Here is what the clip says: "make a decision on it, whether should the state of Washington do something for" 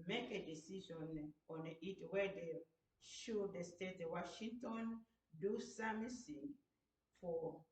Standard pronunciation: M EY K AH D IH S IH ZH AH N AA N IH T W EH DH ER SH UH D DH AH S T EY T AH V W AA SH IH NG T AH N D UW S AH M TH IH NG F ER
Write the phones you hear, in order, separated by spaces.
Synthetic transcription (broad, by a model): M EY K AH D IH S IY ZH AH N AA N IH T W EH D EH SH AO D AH S T EY T W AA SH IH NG T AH N D UW S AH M S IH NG F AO